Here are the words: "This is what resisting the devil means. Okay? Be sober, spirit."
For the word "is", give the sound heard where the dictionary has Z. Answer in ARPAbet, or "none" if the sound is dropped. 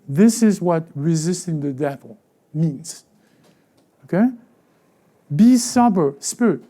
Z